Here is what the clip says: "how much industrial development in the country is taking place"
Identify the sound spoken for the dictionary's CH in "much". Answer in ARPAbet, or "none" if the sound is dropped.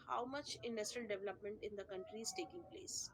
CH